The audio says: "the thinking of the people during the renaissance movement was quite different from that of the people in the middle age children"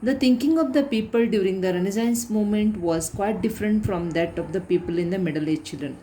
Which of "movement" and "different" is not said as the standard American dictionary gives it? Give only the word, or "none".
movement